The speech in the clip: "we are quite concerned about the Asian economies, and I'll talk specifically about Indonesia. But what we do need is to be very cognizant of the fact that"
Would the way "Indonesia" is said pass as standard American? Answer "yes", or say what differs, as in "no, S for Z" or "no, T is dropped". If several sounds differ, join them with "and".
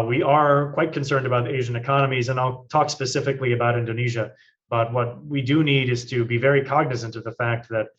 yes